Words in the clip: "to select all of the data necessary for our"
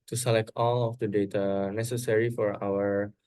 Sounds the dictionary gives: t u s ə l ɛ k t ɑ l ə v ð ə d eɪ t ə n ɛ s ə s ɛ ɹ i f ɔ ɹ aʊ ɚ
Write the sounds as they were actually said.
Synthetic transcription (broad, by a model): t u s ə l ɛ k t ɑ l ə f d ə d eɪ t ə n ɛ s ə s ɛ ɹ i f ɔ ɹ aʊ ɚ